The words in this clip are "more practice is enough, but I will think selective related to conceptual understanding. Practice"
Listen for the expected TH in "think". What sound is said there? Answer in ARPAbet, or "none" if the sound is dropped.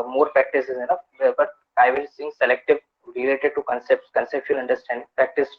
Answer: S